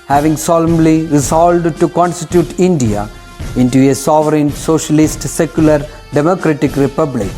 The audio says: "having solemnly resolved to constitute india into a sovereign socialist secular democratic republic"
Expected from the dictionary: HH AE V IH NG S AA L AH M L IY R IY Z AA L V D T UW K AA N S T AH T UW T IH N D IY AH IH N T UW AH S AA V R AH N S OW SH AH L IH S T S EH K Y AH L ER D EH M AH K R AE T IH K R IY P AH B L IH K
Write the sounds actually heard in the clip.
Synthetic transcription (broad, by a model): HH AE V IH NG S AA L AH M L IY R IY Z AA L D T UW K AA N S T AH T UW T IH N D IY AH IH N T UW AH S AA V R AH N S OW SH AH L IH S T S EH K Y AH L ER D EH M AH K R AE T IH K R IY P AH B L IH K